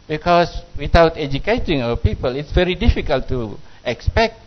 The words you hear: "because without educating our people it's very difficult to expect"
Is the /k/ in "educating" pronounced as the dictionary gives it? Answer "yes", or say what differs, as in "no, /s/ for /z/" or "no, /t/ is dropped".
yes